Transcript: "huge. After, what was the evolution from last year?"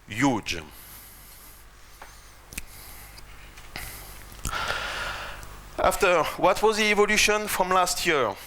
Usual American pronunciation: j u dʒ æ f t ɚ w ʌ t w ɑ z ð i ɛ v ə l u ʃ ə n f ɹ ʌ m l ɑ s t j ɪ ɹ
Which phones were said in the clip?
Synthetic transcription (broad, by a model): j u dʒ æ f t ɚ w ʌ t w ɑ z ð i ɛ v ə l u ʃ ə n f ɹ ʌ m l ɑ s t j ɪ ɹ